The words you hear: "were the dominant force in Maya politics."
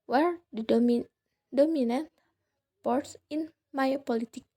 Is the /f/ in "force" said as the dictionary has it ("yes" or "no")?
no